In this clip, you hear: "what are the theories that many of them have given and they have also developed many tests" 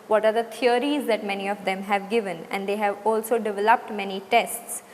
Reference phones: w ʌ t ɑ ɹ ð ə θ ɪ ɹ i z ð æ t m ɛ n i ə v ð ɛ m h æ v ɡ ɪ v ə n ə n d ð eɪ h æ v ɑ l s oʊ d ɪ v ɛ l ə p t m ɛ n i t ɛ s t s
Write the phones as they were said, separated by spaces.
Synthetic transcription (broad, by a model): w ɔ t ɑ ɹ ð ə t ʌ ɹ i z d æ t m ɛ n i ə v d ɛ m h æ v ɡ ɪ v ə n ə n d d eɪ h æ v ɑ l s oʊ d ɪ v ɛ l ə p t m ɛ n i t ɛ s t s